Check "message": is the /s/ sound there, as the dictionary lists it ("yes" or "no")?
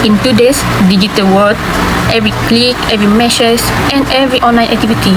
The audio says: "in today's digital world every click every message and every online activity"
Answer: no